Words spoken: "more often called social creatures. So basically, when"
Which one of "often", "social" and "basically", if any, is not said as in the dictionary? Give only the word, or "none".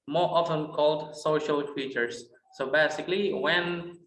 none